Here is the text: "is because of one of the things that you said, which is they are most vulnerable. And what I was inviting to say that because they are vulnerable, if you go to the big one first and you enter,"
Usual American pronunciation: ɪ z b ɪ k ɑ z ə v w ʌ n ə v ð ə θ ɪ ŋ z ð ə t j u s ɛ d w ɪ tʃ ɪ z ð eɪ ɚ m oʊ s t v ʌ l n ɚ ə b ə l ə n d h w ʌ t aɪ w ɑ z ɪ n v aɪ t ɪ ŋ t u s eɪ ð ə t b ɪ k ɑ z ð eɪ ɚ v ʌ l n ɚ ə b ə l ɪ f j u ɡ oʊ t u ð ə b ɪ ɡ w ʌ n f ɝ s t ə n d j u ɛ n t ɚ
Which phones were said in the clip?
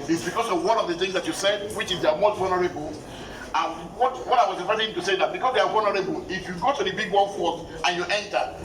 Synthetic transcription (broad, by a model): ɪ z b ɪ k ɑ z ə v w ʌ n ə v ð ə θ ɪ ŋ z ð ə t j u s ɛ d w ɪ tʃ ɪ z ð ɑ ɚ m oʊ s t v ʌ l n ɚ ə b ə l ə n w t w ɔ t aɪ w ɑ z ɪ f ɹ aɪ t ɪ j t u s eɪ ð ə t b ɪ k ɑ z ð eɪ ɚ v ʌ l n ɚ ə b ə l ɪ f j u ɡ oʊ t u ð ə b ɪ ɡ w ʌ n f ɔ t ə n j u ɛ n t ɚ